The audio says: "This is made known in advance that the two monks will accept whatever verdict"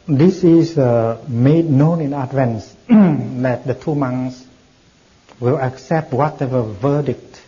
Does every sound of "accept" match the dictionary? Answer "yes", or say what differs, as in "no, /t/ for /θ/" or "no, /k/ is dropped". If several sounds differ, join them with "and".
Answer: yes